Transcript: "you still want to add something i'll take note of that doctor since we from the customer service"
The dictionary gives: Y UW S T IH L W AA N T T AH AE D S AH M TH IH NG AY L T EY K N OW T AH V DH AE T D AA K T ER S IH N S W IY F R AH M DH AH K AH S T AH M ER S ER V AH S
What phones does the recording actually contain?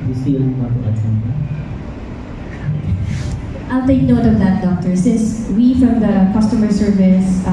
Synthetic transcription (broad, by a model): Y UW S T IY N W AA T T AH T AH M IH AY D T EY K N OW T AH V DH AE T D AA K T ER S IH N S W IY F R AH M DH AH K AH S T AH M ER S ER V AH S